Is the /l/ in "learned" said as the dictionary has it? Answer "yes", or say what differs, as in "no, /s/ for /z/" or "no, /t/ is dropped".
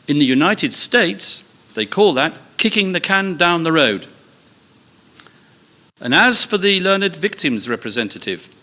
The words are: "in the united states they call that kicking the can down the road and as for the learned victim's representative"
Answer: yes